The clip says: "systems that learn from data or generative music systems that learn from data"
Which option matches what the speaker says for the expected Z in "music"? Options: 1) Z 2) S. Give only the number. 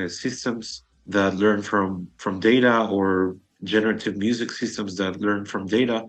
1